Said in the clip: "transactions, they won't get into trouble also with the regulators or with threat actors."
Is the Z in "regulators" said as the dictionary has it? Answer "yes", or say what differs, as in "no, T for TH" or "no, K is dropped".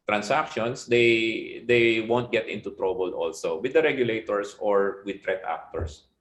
no, S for Z